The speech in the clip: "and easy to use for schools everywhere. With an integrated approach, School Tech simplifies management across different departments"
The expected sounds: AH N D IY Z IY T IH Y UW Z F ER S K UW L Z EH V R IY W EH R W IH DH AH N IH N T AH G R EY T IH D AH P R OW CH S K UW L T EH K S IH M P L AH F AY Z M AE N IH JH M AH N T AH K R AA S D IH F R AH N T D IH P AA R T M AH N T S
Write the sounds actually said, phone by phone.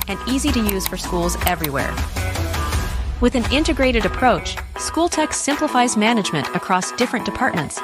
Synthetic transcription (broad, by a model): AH N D IY Z IY T IH Y UW Z F ER S K UW L Z EH V R IY W EH R W IH DH AH N IH N T AH G R EY T IH D AH P R OW CH S K UW L T EH K S IH M P L AH F AY Z M AE N IH JH M AH N T AH K R AA S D IH F R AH N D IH P AA R T M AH N T S